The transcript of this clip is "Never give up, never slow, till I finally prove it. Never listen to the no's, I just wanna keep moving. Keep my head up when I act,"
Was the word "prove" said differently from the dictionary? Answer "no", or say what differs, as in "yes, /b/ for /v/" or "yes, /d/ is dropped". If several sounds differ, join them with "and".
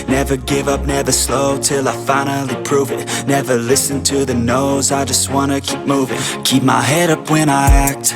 no